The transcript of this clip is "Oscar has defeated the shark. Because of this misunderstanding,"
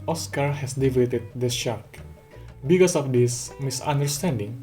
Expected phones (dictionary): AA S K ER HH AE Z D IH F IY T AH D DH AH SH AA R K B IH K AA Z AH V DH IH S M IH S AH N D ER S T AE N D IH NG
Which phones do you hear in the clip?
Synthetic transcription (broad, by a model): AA S K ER HH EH S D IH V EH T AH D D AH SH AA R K B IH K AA S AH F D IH S M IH S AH N D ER S T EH N D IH NG